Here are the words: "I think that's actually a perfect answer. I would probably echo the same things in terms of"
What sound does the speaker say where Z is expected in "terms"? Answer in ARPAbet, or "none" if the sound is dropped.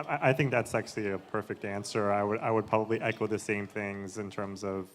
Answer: Z